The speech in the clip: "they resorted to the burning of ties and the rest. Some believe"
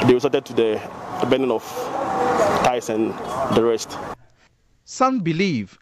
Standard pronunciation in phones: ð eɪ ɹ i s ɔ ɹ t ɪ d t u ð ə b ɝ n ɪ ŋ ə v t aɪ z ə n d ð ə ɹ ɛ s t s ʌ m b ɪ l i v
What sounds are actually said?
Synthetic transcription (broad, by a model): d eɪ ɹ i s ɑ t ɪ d t u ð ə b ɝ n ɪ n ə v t aɪ s ə n d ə ɹ ɛ s t s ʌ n b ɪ l i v